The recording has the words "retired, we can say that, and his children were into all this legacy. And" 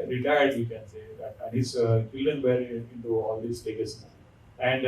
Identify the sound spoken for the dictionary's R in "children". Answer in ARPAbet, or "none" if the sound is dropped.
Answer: none